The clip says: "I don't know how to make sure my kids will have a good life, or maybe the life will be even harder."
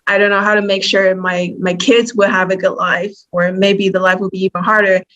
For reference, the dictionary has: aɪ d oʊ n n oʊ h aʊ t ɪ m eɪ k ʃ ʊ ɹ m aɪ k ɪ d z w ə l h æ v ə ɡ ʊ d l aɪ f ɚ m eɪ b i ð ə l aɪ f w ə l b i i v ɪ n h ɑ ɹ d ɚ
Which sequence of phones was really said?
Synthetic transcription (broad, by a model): aɪ d oʊ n n oʊ h aʊ t ɪ m eɪ k ʃ ʊ ɹ m aɪ k ɪ d z w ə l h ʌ v ə ɡ ʊ d l aɪ f ɚ m eɪ b i ð ə l aɪ f w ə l b i i v ɪ n h ɑ ɹ d ɚ